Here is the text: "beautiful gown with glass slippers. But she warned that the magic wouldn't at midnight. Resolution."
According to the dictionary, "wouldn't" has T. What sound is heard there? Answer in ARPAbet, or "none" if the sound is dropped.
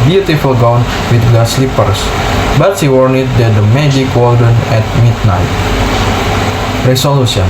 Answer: none